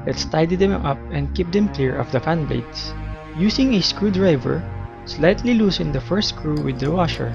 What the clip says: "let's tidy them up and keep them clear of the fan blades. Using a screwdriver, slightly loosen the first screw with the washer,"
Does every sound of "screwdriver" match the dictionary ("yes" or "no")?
yes